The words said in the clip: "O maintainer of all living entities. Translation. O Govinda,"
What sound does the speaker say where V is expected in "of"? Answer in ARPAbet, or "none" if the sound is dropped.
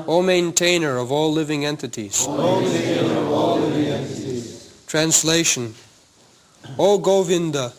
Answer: V